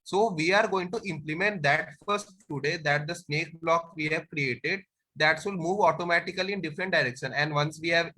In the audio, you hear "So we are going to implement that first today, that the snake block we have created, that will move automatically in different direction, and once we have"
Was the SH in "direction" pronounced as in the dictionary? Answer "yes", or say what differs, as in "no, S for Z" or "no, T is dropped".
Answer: yes